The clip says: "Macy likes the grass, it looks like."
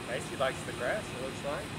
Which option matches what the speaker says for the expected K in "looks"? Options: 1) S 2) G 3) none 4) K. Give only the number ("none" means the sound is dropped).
3